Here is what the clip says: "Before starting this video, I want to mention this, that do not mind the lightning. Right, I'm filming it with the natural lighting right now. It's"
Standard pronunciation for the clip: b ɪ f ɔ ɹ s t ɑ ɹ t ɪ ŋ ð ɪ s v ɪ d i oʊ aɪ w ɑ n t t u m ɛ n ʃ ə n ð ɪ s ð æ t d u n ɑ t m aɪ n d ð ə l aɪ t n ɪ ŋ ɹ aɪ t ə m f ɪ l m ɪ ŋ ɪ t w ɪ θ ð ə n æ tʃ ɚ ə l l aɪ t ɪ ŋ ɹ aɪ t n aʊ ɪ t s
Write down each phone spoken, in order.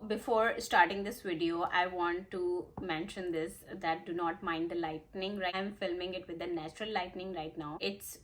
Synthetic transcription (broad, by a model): b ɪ f ɔ ɹ s t ɑ ɹ t ɪ ŋ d ɪ s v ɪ d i oʊ aɪ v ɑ n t t u m ɛ n ʃ ə n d ɪ s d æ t d u n ɑ t m aɪ n d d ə l aɪ t n ɪ ŋ ɹ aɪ ə m f ɪ l m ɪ ŋ ɪ t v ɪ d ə n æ tʃ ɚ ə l l aɪ t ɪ ŋ ɹ aɪ t n aʊ ɪ t s